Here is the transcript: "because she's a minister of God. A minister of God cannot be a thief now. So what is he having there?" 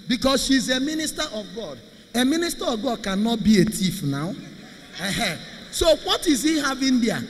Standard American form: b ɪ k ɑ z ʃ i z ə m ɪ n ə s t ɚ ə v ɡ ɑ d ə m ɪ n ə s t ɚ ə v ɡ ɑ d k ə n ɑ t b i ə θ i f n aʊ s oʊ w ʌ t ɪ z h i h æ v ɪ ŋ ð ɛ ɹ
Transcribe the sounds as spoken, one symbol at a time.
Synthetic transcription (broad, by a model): b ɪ k ɑ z ʃ i z ə m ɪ n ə s t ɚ ə v ɡ ɑ d ə m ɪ n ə s t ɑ ə v ɡ ɑ d k ə n ɑ t b i ə t i f n aʊ s oʊ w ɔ t ɪ z h i h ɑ v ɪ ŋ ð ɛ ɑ